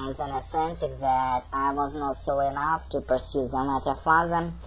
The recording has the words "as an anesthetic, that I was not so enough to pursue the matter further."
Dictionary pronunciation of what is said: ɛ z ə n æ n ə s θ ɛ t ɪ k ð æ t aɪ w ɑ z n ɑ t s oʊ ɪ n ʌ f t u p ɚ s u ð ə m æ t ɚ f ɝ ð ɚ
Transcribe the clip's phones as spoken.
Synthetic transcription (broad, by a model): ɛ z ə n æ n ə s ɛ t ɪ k ð æ t aɪ w ɑ z n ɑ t s oʊ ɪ n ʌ f t u p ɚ s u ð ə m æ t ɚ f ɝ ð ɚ